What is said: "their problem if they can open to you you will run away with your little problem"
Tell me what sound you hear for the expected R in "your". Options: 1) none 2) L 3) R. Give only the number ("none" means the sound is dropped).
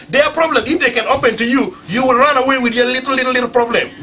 2